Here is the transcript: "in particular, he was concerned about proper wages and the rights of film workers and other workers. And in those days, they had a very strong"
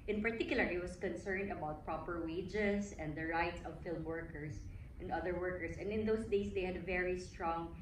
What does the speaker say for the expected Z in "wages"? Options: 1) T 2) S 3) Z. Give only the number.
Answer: 2